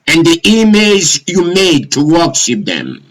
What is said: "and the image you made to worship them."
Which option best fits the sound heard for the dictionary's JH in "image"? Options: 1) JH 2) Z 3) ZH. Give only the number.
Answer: 2